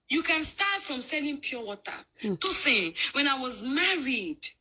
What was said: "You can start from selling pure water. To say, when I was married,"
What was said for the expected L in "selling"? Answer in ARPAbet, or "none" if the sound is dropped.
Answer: L